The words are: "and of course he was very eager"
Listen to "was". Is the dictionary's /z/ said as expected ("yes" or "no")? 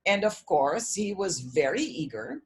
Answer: yes